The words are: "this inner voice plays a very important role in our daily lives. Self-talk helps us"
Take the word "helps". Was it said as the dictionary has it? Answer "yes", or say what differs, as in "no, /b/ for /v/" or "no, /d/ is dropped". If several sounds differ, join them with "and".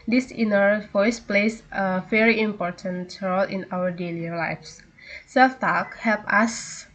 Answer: no, /s/ is dropped